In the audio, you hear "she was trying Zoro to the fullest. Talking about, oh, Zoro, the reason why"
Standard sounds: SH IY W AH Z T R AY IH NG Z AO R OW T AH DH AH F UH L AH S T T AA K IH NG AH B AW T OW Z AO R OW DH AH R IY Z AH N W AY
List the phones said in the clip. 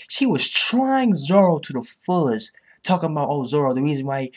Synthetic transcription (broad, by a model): SH IY W AH Z T R AY IH NG Z AO R OW T AH DH AH F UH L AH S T T AA K IH NG AH B AW T OW Z AO R OW DH AH R IY Z AH N W AY